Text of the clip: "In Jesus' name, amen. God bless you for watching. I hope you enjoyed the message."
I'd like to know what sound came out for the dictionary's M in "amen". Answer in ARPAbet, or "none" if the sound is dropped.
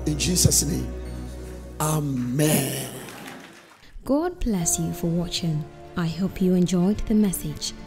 M